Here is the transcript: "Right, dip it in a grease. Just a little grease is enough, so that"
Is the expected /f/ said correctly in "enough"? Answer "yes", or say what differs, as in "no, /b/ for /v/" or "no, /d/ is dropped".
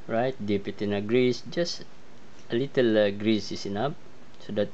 no, /p/ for /f/